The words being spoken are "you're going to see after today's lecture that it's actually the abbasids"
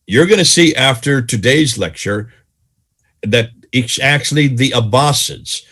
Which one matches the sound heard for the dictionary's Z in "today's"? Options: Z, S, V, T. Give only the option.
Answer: Z